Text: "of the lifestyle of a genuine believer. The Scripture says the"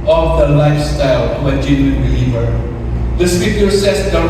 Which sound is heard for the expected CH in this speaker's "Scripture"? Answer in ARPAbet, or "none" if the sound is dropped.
none